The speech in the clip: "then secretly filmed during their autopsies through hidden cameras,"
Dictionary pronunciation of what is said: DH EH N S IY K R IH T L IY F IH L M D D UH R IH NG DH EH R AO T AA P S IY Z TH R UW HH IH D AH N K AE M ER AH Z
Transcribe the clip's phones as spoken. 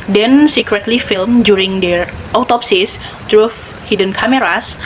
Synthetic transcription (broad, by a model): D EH N S IY K R IH T L IY F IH L M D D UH R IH NG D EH R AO T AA P S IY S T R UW HH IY D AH N K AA M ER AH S